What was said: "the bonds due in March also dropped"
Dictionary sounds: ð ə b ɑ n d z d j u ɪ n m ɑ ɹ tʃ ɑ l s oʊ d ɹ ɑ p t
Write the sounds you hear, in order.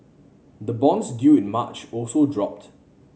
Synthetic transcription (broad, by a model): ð ə b ɑ n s d j u ɪ n m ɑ tʃ ɑ l s oʊ d ɹ ɑ p t